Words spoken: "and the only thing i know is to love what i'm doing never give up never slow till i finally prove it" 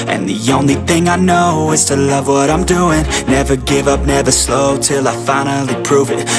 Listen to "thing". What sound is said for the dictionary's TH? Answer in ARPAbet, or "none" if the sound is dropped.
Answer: TH